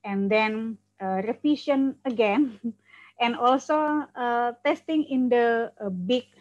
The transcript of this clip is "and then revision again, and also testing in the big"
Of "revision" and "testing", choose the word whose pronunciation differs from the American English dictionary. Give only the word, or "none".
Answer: revision